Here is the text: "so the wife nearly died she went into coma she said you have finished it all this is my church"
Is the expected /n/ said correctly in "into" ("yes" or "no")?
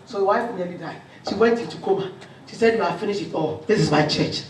no